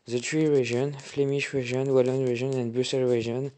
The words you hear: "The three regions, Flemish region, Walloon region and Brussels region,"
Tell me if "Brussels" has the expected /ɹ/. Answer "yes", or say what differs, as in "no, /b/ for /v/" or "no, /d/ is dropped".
no, /ɹ/ is dropped